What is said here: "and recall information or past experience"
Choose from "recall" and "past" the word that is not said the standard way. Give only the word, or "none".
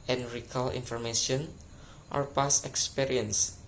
past